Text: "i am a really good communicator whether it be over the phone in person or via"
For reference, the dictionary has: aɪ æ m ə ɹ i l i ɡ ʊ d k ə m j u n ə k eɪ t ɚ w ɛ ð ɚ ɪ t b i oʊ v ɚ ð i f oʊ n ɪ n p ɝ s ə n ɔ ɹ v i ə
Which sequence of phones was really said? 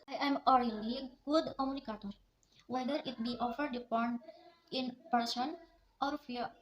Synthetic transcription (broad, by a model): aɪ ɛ m ə ɹ i l i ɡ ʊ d k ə m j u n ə k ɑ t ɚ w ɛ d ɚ ɪ t b i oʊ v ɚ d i p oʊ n ɪ n p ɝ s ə n ɔ ɹ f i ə